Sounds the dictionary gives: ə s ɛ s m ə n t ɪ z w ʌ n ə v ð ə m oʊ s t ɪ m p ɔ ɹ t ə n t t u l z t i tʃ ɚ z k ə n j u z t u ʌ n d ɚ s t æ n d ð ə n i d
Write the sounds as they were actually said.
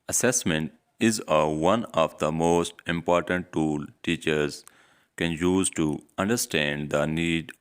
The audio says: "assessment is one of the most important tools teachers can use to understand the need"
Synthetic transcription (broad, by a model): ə s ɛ s m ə n t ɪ z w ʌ n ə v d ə m oʊ s t ɪ m p ɔ ɹ t ə n t t u l t i tʃ ɚ z k ə n j u z t u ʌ n d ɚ s t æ n d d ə n i d